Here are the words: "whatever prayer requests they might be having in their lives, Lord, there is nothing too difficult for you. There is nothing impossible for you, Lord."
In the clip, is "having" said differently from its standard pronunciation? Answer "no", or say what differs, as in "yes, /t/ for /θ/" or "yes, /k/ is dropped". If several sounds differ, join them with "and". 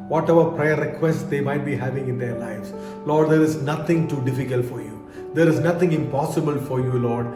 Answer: no